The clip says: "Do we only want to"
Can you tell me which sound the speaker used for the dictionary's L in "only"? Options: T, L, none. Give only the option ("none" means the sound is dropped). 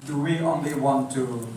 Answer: L